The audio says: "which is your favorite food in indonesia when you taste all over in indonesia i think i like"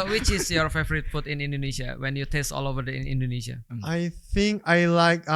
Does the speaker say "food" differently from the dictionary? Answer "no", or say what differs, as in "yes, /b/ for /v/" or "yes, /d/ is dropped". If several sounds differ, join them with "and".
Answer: yes, /p/ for /f/